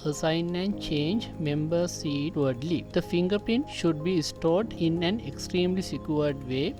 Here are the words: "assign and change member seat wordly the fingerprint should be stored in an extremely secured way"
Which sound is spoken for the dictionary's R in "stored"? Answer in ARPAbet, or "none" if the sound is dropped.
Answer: R